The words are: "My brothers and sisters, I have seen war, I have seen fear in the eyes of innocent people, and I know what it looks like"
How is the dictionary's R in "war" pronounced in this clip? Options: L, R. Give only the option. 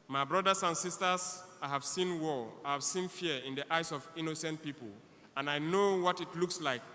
L